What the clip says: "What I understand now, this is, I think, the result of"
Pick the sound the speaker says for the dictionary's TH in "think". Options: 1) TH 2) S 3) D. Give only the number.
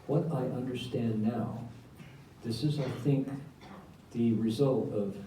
1